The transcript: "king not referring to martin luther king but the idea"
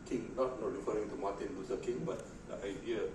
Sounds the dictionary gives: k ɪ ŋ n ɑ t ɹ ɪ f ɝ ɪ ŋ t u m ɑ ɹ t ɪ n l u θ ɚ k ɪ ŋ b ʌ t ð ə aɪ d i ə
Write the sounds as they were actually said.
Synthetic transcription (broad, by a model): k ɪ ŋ n ɑ t ɹ ɪ f ɝ ɪ ŋ t u m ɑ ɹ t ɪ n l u s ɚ k ɪ ŋ b ʌ t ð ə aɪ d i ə